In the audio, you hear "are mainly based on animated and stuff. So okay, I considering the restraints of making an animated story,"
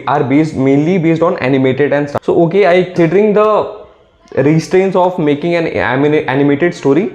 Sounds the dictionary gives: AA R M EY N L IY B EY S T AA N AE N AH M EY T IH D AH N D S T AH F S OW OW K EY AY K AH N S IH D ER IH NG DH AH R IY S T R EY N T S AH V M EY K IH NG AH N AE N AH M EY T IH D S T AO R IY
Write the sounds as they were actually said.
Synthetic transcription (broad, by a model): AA R M EY N L IY B EY S T AA N AE N AH M EY T IH D AH N D S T S OW OW K EY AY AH S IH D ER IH NG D AH R IY S T R EY N T S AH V M EY K IH NG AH N AE N AH M EY T IH D S T AO R IY